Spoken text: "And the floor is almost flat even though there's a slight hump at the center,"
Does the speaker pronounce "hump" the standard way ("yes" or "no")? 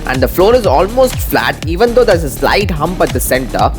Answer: yes